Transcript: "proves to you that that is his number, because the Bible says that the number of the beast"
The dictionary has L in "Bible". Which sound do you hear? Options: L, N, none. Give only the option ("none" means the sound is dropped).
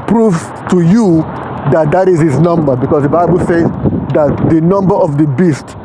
L